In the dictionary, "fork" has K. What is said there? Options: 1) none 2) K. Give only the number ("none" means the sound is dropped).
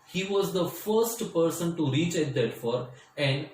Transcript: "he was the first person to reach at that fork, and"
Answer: 1